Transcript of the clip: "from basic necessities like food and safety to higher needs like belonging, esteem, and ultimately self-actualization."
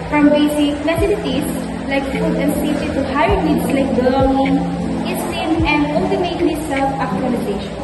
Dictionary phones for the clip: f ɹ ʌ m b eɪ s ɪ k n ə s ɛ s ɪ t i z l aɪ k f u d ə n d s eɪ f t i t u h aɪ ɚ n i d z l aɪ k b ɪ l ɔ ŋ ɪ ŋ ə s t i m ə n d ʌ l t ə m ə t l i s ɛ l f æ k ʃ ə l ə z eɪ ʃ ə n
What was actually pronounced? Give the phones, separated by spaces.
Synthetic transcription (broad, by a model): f ɹ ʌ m b eɪ s ɪ k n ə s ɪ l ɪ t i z l aɪ k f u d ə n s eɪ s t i t u h aɪ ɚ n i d s l aɪ k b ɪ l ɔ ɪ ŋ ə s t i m ə n d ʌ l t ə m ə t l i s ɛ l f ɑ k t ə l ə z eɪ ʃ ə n